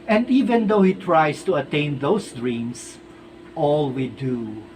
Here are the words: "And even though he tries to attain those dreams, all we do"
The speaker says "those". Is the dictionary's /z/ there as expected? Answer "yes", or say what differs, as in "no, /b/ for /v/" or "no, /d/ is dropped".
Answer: no, /s/ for /z/